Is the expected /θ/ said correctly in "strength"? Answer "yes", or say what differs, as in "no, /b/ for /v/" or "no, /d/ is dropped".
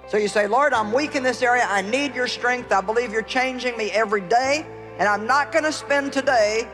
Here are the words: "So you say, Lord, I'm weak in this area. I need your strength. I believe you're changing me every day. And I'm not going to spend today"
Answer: yes